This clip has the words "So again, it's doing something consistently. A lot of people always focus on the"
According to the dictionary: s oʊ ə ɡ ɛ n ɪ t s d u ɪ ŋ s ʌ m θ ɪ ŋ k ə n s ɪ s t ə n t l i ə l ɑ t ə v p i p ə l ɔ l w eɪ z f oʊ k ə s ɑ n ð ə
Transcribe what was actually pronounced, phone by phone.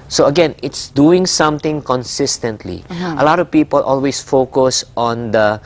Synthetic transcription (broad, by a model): s oʊ ə ɡ ɛ n ɪ t s d u ɪ ŋ s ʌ m t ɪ ŋ k ə n s ɪ s t ə n t l i ə l ɑ t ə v p i p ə l ɔ l w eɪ s f oʊ k ə s ɑ n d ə